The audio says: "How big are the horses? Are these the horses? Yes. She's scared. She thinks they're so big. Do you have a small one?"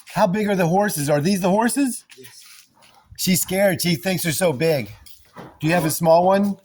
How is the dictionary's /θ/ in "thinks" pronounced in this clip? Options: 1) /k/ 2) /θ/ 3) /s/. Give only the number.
2